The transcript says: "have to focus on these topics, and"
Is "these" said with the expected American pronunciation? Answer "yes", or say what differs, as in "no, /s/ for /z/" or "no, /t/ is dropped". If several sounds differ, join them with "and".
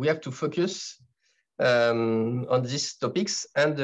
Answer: no, /s/ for /z/